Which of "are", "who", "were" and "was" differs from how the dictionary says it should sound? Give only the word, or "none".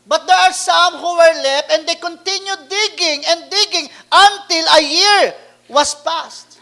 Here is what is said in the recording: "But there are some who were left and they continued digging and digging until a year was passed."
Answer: was